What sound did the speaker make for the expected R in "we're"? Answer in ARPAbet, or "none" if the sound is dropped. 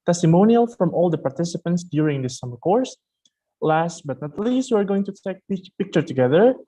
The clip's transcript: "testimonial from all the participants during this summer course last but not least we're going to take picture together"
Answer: R